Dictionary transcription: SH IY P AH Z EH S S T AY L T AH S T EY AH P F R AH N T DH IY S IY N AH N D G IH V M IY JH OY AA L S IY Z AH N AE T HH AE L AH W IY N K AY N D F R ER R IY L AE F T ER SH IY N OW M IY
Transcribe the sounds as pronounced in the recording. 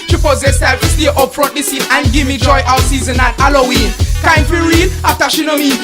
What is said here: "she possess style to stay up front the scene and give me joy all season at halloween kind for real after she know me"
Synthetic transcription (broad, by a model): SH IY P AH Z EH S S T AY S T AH T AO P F R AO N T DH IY S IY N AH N G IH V M IY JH OY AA W S IY Z AH N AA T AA L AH W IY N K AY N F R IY R IY L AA F T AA SH IY N OW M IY